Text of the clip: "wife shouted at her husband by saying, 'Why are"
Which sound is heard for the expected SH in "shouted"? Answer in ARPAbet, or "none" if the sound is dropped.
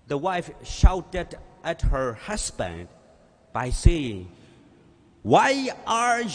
SH